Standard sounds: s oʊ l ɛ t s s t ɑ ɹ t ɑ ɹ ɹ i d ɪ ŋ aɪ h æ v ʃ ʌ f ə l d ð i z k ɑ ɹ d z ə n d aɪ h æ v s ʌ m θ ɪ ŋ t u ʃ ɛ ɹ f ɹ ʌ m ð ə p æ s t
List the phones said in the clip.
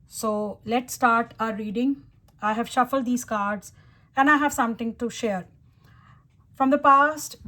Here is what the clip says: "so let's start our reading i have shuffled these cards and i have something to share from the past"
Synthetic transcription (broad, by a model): s oʊ l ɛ t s s t ɑ ɹ t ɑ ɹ ɹ i d ɪ ŋ aɪ h æ v ʃ ʌ f ə l d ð i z k ɑ ɹ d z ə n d aɪ h æ v s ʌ m t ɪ ŋ t u ʃ ɛ ɹ f ɹ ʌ m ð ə p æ s t